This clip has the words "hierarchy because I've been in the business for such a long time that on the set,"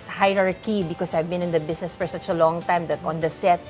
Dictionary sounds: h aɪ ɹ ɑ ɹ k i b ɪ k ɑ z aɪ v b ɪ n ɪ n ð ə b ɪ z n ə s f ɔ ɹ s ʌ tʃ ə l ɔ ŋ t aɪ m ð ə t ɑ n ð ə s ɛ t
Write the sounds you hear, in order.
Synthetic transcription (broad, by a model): h aɪ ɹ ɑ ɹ k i b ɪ k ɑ s aɪ v b ɪ n ɪ n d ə b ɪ s n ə s f ɔ ɹ s ʌ tʃ ə l ɔ ŋ t aɪ m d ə t ɑ n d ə s ɛ t